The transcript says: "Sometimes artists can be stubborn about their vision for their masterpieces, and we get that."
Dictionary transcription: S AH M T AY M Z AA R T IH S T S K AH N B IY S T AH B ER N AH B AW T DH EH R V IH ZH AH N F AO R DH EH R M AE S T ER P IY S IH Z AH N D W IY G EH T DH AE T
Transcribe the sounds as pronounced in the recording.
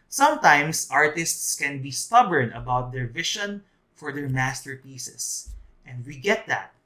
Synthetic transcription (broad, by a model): S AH M T AY M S AA R T IH S T S K AH N B IY S T AH B ER N AH B AW T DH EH R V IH SH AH N F AO R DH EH R M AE S T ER P IY S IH S AH N D W IY G EH T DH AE T